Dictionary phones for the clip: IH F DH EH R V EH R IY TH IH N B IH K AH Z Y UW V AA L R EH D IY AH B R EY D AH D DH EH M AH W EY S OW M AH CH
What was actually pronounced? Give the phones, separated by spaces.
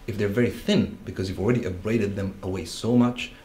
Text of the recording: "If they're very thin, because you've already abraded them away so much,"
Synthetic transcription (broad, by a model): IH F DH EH R V EH R IY TH IH N B IH K AH Z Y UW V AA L R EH D IY AH B R EY D AH D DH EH M AH W EY S OW M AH CH